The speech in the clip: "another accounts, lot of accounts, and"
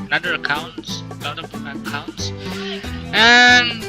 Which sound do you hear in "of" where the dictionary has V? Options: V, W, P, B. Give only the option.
P